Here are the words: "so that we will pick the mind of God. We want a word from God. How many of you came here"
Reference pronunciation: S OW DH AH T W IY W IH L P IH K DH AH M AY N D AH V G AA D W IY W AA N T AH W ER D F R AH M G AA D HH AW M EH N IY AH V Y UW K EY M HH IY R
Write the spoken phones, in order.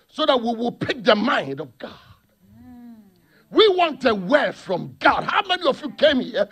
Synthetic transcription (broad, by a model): S OW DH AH T W IY W IH L P IH K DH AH M AY N D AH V G AA D W IY W AA N T AH W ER F R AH M G AA D HH AW M EH N IY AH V Y UW K EY M HH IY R